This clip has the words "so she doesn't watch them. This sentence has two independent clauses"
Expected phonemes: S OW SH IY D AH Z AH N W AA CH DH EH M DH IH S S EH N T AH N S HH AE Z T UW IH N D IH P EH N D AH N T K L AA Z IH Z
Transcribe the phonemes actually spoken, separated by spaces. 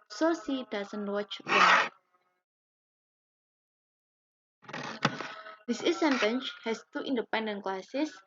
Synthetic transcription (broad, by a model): S OW S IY D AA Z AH N W AA CH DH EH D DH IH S S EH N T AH N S HH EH S T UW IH N D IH P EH N D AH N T K L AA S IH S